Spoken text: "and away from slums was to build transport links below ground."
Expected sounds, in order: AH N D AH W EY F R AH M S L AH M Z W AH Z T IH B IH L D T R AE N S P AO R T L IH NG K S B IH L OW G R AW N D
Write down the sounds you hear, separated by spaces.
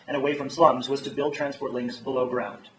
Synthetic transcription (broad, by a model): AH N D AH W EY F R AH M S L AH M Z W AH Z T IH B IH L D T R AE N S P AO R T L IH NG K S B IH L OW G R AW N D